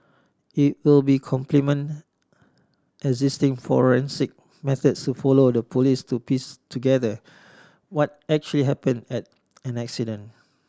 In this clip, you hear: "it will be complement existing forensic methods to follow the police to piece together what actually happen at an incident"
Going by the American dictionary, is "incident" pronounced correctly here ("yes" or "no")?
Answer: no